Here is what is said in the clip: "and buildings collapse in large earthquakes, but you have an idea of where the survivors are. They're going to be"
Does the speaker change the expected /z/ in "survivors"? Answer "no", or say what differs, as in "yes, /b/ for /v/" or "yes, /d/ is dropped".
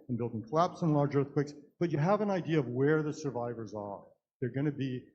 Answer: no